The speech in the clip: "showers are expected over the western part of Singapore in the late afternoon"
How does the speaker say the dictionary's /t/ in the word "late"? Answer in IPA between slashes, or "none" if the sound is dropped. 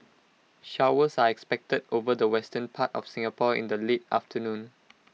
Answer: /t/